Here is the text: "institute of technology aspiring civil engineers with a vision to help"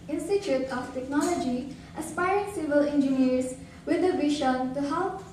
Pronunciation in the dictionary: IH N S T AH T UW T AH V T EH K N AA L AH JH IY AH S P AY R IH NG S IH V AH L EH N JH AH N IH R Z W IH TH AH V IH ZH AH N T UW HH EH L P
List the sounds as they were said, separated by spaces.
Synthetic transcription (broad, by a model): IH N S T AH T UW T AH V T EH K N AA L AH JH IY AH S P AY R IH NG S IH V AH L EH N JH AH N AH R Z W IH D AH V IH SH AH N T UW HH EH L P